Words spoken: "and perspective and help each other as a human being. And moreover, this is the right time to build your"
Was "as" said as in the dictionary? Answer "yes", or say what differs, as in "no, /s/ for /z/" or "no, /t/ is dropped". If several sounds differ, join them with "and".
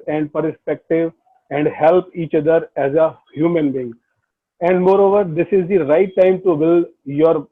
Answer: yes